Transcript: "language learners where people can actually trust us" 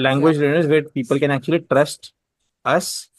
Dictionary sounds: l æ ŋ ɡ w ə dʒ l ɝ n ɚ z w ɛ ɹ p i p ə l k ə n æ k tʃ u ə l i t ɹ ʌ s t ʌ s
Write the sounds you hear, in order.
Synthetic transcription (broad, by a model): l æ ŋ ɡ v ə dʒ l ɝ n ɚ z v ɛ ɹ p i p ə l k ə n æ k tʃ u ə l i t ɹ ʌ s t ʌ s